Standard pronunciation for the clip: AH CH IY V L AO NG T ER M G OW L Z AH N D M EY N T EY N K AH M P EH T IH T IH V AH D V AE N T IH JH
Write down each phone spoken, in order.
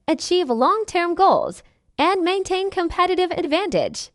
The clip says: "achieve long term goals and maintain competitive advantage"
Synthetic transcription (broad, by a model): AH CH IY V L AO NG T ER M G OW L Z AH N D M EY N T EY N K AH M P EH T IH T IH V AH D V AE N T IH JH